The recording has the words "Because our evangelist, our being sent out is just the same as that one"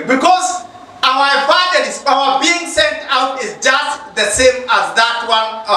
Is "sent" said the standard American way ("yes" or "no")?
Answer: yes